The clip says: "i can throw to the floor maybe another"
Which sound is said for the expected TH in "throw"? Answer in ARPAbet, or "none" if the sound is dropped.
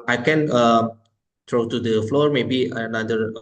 T